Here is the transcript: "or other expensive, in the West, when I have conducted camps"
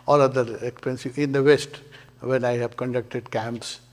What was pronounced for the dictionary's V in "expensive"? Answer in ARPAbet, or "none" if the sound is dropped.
none